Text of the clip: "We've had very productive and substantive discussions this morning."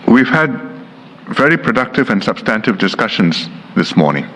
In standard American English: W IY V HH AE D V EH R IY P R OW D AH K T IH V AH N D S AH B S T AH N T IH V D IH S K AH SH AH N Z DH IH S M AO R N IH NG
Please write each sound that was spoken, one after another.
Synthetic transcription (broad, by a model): W IY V HH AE D V EH R IY P R OW D AH K T IH V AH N S AH B S T AH N T IH V D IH S K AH SH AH N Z DH IH S M AO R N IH NG